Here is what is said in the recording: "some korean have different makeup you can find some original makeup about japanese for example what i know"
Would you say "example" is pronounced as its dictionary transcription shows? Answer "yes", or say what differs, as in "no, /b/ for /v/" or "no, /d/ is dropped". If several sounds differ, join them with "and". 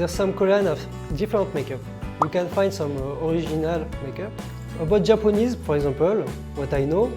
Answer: no, /m/ is dropped